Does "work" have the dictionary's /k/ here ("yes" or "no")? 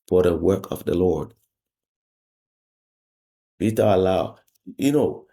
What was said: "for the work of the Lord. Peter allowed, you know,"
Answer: yes